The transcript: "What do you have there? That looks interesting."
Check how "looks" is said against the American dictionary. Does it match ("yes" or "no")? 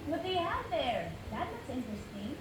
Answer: no